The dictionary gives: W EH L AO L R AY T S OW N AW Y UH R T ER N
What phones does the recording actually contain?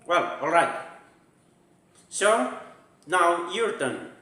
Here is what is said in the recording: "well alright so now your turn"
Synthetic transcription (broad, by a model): W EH L AO L R AY T S OW N AW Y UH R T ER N